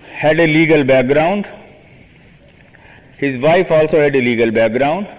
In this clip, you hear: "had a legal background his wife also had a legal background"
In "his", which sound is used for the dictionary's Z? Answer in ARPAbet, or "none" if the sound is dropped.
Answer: Z